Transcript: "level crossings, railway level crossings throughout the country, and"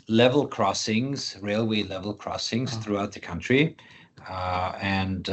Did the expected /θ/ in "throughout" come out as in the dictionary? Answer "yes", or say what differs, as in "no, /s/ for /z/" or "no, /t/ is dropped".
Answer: yes